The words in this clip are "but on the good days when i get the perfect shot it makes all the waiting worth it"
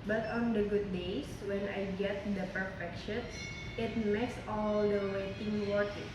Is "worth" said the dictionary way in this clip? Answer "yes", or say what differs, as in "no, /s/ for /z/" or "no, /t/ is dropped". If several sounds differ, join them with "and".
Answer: no, /t/ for /θ/